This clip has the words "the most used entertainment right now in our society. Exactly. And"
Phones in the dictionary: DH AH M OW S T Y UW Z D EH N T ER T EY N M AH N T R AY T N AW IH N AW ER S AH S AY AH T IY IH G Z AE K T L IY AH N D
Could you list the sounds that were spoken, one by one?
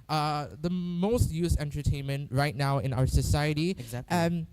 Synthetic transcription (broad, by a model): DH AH M OW S T Y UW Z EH N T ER T EY N M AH N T R AY T N AW IH N AW ER S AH S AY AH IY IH T IY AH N